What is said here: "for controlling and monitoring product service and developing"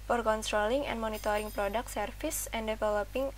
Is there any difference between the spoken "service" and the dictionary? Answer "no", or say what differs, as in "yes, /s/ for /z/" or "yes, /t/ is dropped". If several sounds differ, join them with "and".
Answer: yes, /f/ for /v/